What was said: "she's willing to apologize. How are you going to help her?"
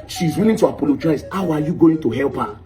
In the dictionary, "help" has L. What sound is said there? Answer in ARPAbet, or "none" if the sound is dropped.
L